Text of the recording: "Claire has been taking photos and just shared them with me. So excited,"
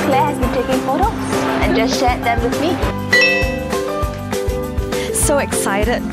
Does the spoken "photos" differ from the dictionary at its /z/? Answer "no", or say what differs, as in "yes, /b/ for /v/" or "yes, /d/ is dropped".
yes, /s/ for /z/